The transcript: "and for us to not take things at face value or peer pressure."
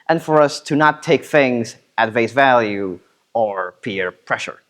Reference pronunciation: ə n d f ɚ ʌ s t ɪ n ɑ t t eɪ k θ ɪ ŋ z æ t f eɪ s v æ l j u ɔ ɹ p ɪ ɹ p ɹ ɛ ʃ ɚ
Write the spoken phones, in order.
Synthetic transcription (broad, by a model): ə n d f ɚ ʌ s t ɪ n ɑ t t eɪ k θ ɪ ŋ z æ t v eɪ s v æ l j u ɔ ɹ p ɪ ɹ p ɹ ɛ ʃ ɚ